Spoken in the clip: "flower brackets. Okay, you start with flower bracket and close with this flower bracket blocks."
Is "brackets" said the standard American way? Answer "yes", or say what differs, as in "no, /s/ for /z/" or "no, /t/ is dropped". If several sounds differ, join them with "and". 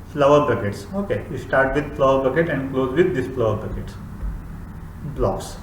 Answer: no, /ɹ/ is dropped